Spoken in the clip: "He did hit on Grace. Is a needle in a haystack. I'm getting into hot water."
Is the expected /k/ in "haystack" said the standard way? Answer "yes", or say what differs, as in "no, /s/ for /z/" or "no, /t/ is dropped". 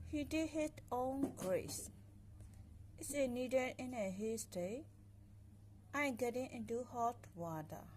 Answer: no, /k/ is dropped